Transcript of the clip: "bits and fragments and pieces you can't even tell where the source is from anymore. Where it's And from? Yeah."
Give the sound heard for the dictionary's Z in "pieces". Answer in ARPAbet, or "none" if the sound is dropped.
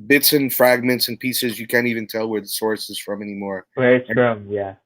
Z